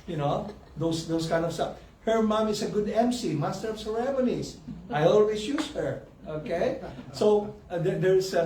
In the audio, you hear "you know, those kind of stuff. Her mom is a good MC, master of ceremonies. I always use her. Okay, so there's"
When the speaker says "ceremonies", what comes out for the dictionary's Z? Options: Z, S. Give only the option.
S